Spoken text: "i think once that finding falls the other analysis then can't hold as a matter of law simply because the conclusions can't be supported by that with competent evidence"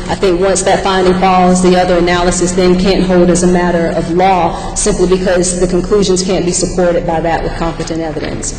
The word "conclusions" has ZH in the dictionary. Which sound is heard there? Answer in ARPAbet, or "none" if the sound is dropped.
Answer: ZH